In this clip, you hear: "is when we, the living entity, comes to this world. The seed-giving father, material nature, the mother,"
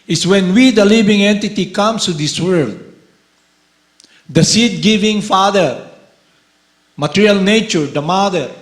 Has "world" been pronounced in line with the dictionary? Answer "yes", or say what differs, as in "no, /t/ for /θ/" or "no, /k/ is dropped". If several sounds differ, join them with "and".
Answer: yes